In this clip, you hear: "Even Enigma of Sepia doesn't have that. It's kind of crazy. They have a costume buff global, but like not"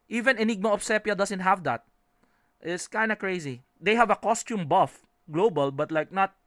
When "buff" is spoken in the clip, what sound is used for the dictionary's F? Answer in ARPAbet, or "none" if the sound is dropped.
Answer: F